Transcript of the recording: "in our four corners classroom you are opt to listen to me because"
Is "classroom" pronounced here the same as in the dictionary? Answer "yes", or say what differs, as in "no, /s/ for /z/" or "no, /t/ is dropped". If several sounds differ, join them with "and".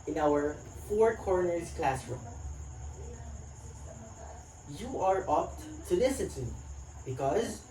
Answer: yes